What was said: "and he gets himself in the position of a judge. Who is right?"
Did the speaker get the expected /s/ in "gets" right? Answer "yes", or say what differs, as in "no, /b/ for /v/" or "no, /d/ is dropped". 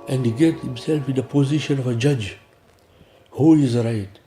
no, /s/ is dropped